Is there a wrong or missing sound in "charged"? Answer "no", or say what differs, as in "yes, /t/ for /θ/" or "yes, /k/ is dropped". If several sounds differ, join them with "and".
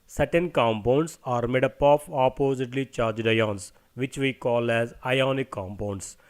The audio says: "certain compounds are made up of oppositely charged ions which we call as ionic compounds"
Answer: no